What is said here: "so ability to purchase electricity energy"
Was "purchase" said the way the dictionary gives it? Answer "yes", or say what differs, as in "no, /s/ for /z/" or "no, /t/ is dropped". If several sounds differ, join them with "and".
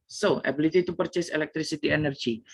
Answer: yes